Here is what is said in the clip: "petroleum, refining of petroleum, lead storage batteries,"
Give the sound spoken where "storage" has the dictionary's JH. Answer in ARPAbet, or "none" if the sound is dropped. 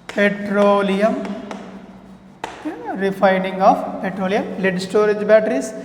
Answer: JH